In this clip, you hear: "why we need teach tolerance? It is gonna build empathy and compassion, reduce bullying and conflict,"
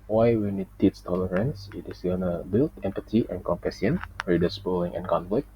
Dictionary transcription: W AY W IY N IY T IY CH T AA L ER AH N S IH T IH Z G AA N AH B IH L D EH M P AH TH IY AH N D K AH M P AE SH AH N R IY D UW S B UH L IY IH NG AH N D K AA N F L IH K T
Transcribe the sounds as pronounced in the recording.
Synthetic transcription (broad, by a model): W AY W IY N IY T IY S T AA L ER AH N S IH T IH S G AA N AH B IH L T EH M P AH T IY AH N K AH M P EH S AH N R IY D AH S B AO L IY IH NG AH N K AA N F L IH K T